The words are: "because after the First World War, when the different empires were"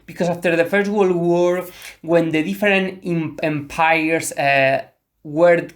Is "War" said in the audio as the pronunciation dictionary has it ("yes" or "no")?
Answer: yes